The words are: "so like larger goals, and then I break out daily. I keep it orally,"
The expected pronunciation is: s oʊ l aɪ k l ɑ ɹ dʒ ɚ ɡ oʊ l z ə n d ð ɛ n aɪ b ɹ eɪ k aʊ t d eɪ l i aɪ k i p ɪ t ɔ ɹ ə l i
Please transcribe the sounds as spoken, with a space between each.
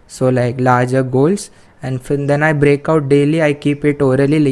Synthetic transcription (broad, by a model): s oʊ l aɪ k l ɑ ɹ dʒ ɚ ɡ oʊ l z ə n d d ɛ n aɪ b ɹ eɪ k aʊ t d eɪ l i aɪ k i p ɪ t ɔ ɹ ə l i